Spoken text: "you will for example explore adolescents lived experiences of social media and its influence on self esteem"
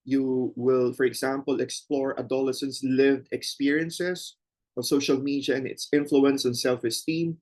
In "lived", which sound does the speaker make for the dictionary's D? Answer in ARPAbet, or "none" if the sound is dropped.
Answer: D